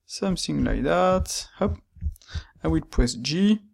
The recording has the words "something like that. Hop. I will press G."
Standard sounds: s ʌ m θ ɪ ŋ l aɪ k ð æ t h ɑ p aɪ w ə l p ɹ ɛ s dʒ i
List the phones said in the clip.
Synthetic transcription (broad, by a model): s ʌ m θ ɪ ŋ l aɪ k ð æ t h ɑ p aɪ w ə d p ɛ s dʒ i